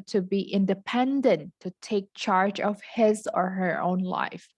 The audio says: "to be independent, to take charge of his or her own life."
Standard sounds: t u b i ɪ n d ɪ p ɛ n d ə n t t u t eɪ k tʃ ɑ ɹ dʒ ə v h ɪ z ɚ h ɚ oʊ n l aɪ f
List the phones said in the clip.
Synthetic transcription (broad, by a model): t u b i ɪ n d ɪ p ɛ n d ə n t t u t eɪ k tʃ ɑ ɹ dʒ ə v h ɪ z ɚ h ɚ oʊ n l aɪ f